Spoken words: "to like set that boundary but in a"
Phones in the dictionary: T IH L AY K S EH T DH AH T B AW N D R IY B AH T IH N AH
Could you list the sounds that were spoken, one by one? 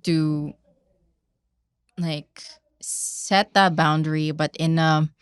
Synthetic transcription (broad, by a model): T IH L AY K S EH T DH AH T B AW N D R IY B AH T IH N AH